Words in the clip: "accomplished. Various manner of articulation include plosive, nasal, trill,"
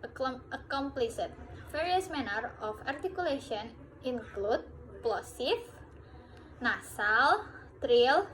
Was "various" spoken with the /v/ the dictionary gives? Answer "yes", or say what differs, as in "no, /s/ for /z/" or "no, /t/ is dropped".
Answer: no, /f/ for /v/